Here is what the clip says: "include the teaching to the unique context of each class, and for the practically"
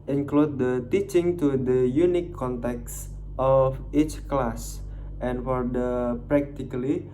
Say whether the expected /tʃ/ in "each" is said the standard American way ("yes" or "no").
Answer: yes